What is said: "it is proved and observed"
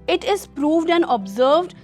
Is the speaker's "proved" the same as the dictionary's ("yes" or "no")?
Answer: yes